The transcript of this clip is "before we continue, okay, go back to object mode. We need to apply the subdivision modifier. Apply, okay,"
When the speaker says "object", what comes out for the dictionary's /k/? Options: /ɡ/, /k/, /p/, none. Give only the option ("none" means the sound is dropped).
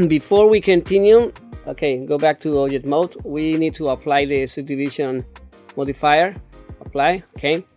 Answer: none